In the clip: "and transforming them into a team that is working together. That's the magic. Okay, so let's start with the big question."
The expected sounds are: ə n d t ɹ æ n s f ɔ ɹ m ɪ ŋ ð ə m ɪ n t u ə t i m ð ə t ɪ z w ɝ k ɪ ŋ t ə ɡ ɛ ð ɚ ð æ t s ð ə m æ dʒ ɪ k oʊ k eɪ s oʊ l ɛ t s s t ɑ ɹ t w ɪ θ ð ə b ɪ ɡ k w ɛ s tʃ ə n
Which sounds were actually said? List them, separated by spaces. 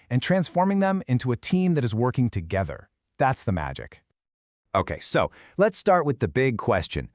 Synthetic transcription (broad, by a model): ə n t ɹ æ n s f ɔ ɹ m ɪ ŋ ð ə m ɪ n t u ə t i m ð ə t ɪ z w ɝ k ɪ ŋ t ə ɡ ɛ ð ɚ ð æ t s ð ə m æ dʒ ɪ k oʊ k eɪ s oʊ l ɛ t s s t ɑ ɹ t w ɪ ð ə b ɪ ɡ k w ɛ s tʃ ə n